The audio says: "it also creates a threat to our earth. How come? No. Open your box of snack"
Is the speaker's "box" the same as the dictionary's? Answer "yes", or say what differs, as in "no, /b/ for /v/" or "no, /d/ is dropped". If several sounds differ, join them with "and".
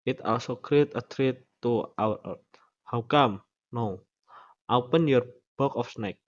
no, /s/ is dropped